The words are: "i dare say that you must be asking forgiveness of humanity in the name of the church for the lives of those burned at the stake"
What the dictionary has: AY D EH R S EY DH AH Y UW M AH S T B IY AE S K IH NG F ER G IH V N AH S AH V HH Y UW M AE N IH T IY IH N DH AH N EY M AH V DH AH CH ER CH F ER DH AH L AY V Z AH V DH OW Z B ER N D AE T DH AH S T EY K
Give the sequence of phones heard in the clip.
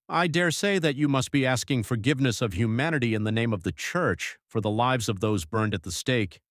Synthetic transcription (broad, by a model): AY D EH R S EY DH AH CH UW M AH S T B IY AE S K IH NG F ER G IH V N AH S AH V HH Y UW M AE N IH T IY IH N DH AH N EY M AH V DH AH CH ER CH F ER DH AH L AY V Z AH V DH OW Z B ER N D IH T DH AH S T EY K